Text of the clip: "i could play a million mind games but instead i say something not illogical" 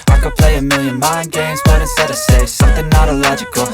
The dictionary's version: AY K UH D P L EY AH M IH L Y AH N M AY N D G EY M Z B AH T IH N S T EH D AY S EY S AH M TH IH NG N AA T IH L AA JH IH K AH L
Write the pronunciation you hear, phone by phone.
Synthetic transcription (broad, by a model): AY K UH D P L EY AH M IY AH N M AY N G EY M Z B AH T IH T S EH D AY S EY S AH M TH IH NG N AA T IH L AA JH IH K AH L